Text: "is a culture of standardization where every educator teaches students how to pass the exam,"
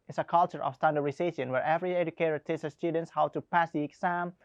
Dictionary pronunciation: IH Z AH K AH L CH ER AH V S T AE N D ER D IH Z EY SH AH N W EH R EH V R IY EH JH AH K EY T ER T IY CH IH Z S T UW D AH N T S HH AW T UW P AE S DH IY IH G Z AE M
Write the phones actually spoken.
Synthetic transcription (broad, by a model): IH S AH K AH L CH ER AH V S T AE N D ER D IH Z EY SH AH N W EH R EH V R IY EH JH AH K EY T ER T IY S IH S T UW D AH N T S HH AW T UW P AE S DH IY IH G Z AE M